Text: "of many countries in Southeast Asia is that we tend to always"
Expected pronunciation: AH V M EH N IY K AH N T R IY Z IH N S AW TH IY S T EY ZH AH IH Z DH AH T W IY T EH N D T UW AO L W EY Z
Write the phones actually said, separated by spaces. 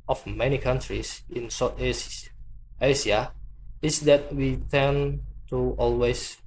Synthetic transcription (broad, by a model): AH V M EH N IY K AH N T R IY S IH N S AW T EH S IY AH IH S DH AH T W IY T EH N T UW AO L W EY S